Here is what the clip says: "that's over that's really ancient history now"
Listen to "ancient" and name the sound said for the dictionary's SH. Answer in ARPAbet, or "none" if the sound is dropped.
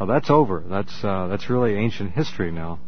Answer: SH